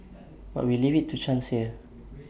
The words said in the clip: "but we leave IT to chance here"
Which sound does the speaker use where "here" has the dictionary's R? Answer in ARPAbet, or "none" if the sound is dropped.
L